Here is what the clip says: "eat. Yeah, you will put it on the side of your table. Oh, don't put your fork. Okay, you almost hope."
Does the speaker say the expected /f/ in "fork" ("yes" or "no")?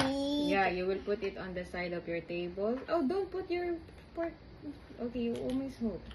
no